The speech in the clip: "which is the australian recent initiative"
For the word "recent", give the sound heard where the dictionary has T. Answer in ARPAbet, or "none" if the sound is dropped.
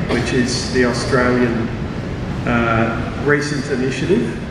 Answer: T